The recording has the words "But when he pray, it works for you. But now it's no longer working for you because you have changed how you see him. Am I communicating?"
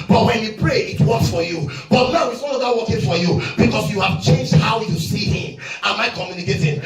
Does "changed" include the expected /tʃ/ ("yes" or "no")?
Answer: yes